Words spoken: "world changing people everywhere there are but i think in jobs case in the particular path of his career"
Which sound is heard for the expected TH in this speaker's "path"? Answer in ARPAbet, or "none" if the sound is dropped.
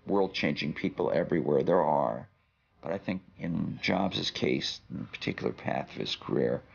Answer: TH